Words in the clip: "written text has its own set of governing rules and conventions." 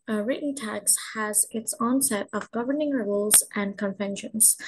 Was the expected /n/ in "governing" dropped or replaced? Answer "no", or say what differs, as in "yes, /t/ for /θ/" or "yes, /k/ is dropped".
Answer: no